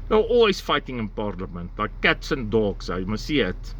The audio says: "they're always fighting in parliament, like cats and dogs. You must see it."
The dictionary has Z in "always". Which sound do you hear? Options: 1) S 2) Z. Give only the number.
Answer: 1